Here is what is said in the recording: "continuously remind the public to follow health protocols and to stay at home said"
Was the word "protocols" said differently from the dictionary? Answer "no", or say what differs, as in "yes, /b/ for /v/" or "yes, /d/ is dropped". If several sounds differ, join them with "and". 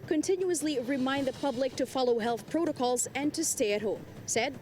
no